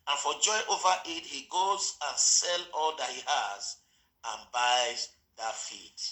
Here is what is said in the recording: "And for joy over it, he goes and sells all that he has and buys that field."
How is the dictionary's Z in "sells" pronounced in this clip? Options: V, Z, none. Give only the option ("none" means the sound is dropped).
none